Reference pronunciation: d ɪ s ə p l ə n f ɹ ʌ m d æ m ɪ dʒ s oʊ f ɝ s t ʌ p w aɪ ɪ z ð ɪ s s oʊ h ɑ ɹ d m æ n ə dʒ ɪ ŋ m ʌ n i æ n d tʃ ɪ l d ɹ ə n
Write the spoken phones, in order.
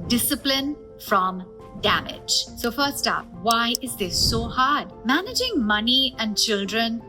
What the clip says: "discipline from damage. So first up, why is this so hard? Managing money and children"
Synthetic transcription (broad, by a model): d ɪ s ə p l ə n f ɹ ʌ m d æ m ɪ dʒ s oʊ f ɝ s t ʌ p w aɪ ɪ z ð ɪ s s oʊ h ɑ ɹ d m æ n ə dʒ ɪ ŋ m ʌ n i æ n d tʃ ɪ l d ɹ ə n